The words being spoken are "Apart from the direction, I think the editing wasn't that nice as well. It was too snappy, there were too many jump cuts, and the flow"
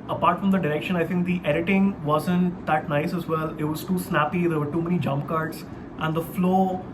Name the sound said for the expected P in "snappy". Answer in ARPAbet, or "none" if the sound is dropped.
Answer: P